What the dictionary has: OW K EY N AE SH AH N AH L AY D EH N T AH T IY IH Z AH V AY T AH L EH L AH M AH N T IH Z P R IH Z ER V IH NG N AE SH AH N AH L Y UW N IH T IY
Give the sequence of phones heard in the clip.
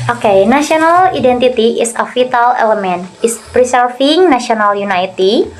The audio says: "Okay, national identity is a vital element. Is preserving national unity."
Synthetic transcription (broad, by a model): OW K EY N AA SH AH N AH L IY D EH N T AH T IY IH S AH F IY T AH L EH L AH M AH N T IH S P R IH S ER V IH NG N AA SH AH N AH L Y UW N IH T IY